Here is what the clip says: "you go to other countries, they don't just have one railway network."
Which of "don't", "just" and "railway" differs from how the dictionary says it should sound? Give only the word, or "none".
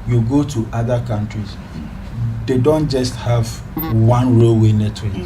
none